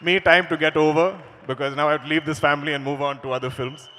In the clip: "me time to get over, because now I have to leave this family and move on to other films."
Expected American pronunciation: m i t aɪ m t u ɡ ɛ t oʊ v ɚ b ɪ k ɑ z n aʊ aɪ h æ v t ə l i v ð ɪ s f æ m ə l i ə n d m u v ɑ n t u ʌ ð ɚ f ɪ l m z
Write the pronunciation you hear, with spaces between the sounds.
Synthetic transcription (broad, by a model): m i t aɪ m t u ɡ ɛ t oʊ v ɚ b ɪ k ɑ z n aʊ aɪ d l i v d ɪ s f æ m ə l i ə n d m u v ɑ n t u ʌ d ɚ f ɪ l m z